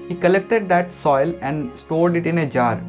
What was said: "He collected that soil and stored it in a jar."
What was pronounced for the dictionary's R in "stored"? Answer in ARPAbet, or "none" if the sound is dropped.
L